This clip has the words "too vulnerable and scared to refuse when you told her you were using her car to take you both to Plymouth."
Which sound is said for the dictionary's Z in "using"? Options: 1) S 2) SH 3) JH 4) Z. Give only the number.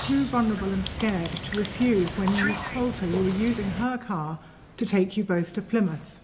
4